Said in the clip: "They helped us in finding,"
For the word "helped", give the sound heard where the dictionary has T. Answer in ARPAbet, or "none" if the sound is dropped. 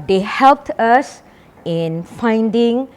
T